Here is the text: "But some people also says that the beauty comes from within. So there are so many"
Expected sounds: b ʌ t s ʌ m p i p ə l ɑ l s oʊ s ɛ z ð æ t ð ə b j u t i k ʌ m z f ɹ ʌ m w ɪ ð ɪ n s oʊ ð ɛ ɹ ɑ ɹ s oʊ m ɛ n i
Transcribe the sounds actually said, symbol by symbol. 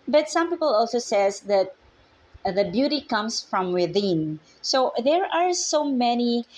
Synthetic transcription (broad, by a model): b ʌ t s ʌ m p i p ə l ɑ l s oʊ s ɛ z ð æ t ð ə b j u t i k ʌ m s f ɹ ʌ m w ɪ ð ɪ n s oʊ ð ɛ ɹ ɑ ɹ s oʊ m ɛ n i